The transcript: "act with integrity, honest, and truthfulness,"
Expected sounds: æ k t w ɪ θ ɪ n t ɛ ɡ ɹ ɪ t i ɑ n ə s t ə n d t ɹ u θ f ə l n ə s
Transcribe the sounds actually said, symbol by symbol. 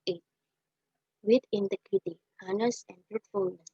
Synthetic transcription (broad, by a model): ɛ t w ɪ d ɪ n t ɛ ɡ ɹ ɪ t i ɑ n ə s ə n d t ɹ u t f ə l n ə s